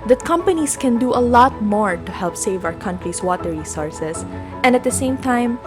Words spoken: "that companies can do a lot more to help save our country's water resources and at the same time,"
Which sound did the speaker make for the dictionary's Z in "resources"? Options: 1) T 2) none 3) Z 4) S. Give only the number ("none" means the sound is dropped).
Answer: 4